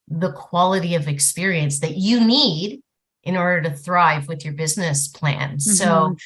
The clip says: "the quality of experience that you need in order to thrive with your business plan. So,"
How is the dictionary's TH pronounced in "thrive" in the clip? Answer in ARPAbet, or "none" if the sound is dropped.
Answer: TH